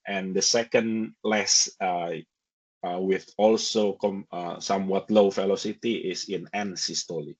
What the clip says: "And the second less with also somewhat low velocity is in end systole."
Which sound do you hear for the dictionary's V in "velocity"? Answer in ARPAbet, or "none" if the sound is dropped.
F